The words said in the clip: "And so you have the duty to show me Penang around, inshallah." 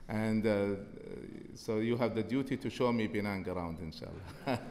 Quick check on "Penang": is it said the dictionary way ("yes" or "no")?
no